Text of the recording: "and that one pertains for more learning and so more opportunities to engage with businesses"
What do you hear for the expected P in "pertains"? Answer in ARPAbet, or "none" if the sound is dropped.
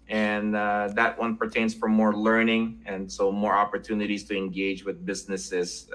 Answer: P